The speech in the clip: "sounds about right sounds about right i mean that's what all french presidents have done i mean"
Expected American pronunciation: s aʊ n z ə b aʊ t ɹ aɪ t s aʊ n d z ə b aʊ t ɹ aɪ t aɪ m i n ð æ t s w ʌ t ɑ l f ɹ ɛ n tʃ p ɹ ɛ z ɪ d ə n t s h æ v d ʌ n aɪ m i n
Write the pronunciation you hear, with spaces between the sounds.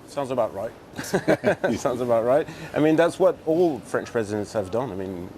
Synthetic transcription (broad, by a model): s aʊ n z ə b aʊ t ɹ aɪ t s aʊ n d z ə b aʊ t ɹ aɪ t aɪ m i n ð æ t s w ʌ t ɑ l f ɹ ɛ n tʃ p ɹ ɛ z ɪ d ə n t s h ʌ v d ʌ n aɪ m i n